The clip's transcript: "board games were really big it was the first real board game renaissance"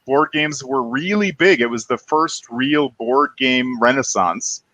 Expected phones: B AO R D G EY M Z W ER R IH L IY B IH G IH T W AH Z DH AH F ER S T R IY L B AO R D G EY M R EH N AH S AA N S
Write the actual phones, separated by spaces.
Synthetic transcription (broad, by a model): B AO R D G EY M Z W ER R IH L IY B IH G IH T W AH Z DH AH F ER S T R IY L B AO R D G EY M R EH N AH S AA N S